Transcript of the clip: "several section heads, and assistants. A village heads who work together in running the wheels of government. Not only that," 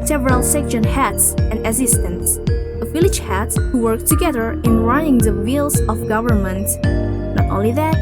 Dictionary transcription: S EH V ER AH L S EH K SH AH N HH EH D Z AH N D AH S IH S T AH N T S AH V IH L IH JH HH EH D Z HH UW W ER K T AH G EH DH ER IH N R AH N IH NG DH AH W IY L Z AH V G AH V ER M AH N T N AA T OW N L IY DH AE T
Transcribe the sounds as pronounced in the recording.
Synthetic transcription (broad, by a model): S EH V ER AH L S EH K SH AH N HH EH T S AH N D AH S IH S T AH N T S AH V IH L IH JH HH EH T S HH UW W ER K T AH G EH DH ER IH N R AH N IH NG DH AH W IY L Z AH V G AH V ER M AH N T N AA T OW N L IY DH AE T